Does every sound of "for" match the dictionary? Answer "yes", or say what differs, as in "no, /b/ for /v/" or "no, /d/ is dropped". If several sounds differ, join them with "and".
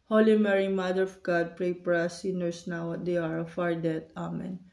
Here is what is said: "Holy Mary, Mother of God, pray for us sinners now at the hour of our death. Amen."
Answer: no, /p/ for /f/